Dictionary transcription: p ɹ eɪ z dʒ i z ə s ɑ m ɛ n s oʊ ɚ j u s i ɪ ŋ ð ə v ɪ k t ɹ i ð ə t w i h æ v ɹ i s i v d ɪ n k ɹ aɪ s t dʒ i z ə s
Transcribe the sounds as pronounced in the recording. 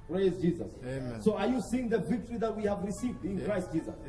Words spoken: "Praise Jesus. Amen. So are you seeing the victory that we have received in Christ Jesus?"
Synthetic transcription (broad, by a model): p ɹ eɪ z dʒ i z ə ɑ s oʊ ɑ j u s i ɪ ŋ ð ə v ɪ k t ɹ i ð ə t w i h æ v ɹ i s i v d ɪ n k ɹ aɪ s t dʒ i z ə s